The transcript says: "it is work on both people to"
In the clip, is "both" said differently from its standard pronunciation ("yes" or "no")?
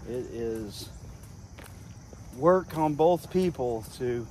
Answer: no